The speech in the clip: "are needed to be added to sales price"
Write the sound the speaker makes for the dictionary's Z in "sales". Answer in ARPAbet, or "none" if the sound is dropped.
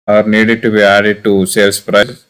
S